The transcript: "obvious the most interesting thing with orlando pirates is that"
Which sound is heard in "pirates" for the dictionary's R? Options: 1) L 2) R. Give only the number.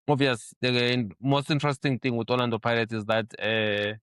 1